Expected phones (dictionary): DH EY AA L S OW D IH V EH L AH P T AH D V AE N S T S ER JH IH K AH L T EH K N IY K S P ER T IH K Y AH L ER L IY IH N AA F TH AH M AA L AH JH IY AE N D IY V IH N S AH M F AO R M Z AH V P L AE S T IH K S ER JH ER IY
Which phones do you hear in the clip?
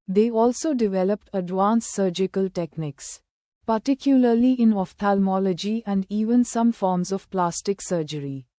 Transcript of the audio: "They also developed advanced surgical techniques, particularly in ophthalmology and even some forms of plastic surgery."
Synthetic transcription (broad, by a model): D EY AA L S OW D IH V EH L AH P T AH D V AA N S S ER JH IH K AH L T EH K N IY K S P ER T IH K Y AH L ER L IY IH N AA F T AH M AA L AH JH IY AE N D IY V IH N S AH M F AO R M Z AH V P L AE S T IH K S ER JH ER IY